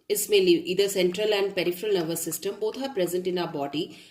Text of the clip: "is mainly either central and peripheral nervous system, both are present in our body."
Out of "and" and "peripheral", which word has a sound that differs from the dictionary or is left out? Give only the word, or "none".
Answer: none